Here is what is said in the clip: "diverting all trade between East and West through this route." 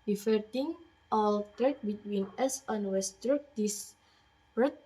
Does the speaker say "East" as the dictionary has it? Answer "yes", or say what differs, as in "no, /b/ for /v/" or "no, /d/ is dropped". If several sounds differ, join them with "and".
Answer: no, /t/ is dropped